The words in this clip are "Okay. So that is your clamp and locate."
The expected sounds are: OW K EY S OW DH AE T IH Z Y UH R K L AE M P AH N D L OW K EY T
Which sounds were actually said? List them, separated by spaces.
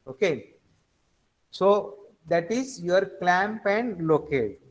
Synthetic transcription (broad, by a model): OW K EY S OW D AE T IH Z Y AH R K L AE M P AH N D L OW K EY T